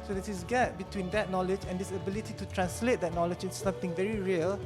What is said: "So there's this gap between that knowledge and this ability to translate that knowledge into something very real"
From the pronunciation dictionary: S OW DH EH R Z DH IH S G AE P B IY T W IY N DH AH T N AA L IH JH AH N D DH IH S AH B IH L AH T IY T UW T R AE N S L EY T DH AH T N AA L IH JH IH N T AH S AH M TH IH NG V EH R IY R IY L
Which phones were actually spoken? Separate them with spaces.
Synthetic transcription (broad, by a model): S OW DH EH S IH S G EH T B IY T W IY N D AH T N AA L IH JH AH N D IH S AH B IH L AH T IY T UW T R AE N S L EY T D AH T N AA L IH JH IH T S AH M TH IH NG V EH R IY R IY L